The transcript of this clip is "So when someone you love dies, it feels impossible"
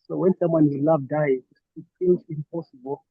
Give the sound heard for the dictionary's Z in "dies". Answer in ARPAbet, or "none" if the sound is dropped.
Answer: none